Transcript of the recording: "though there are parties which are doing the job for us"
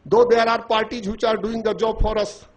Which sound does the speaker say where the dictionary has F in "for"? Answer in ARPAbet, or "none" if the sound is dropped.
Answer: P